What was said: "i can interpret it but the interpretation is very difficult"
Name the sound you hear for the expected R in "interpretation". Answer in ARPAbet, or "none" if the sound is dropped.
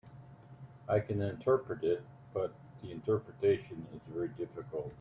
R